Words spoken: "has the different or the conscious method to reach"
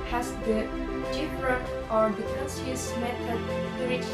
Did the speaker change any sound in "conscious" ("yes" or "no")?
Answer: yes